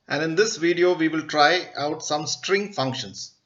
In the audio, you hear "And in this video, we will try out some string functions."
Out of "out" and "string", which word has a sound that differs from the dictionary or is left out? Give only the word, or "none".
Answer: none